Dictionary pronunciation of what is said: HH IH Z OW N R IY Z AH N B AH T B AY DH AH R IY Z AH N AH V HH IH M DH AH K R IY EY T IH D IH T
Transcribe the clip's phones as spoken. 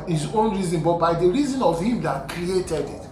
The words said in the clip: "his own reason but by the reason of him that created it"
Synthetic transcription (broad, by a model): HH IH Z OW N R IY Z AH N B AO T B AY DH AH R IY Z AH N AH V HH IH M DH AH K R IY EY T IH D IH T